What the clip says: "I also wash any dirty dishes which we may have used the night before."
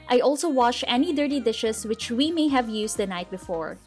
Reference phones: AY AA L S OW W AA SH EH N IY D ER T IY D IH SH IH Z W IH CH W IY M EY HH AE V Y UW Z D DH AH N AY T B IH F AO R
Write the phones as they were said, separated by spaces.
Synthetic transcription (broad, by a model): AY AA L S OW W AA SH EH N IY D ER T IY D IH SH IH S W IH CH W IY M EY HH AE V Y UW S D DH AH N AY T B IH F AO R